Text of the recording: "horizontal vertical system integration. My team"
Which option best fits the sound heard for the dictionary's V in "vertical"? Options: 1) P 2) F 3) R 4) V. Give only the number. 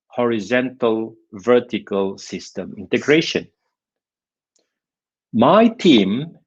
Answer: 4